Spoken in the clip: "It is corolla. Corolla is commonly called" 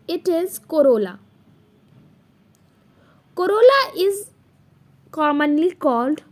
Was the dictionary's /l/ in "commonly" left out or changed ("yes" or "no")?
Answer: no